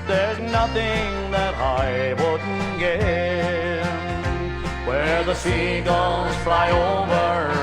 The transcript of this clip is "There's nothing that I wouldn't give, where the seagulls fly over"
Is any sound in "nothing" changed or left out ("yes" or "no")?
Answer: no